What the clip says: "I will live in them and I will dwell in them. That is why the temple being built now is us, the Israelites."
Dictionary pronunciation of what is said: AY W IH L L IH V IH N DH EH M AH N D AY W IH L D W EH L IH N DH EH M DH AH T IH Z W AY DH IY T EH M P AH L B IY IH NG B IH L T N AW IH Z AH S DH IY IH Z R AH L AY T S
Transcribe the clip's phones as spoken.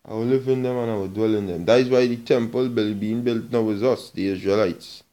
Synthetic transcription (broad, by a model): AY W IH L L IH V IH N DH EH M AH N AY W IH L D W EH L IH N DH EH M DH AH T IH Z W AY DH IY T EH M P AH L B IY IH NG B IH L T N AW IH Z AH S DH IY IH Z R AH L AY T S